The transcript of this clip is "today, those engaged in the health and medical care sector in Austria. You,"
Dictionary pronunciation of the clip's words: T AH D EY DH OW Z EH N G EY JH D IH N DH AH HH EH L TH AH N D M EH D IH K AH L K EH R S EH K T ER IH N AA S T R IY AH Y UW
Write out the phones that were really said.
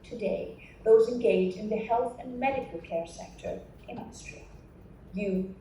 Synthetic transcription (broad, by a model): T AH D EY DH OW Z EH N G EY JH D IH N DH AH HH EH L TH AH N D M EH D IH K AH L K EH R S EH K T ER IH N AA S T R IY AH Y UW